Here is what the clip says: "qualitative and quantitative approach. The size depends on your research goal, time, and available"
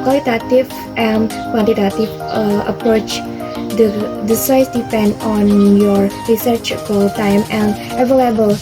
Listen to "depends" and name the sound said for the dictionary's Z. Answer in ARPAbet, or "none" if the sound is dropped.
none